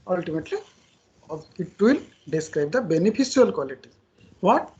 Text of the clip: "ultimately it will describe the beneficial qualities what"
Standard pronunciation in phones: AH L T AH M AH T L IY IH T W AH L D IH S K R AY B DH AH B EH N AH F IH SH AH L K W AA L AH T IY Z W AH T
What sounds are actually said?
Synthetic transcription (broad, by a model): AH L T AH M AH T L IY IH T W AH L D IH S K R AY B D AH B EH N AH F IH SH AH L K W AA L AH T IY W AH T